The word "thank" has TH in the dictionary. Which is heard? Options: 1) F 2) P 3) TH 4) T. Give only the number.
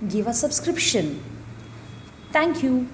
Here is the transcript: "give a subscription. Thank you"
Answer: 4